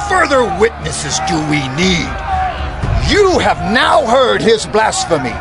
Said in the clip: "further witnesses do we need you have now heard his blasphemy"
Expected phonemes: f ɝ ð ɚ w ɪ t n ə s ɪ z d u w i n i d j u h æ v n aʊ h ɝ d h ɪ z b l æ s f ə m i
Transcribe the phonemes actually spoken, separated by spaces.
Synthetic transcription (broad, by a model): f ɝ ð ɚ w ɪ t n ə s ɪ z d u w i n i d j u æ v n aʊ h ɝ d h ɪ z b l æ s f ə m i